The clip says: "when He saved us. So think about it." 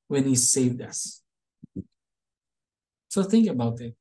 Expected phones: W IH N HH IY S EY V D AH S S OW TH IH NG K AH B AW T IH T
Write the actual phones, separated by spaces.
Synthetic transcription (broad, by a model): W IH N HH IY S EY V D AH S S OW TH IH NG K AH B AW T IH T